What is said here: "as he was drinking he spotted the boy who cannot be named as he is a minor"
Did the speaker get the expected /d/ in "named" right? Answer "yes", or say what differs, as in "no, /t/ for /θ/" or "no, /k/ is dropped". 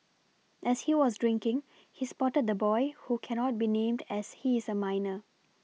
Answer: yes